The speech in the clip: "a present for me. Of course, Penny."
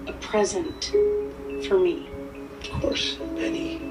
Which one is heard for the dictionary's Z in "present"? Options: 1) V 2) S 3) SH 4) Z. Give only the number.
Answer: 4